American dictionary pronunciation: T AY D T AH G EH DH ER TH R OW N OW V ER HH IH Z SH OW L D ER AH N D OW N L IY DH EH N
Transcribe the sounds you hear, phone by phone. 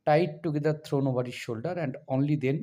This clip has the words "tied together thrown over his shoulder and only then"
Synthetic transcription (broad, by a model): T AY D T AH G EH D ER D R OW N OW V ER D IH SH SH OW L D ER AH N D OW N L IY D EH N